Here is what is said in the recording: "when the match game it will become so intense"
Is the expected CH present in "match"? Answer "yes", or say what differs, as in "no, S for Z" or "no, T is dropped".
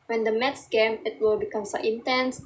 no, S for CH